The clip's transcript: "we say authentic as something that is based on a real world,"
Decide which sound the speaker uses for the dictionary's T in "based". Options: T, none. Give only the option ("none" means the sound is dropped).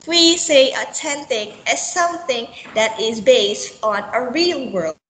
T